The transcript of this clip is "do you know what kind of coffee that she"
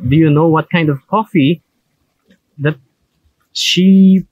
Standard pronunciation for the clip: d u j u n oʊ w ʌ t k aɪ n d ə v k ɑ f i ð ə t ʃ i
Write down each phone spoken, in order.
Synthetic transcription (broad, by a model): d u j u n oʊ w ʌ t k aɪ n d ə v k ɑ f i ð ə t ʃ i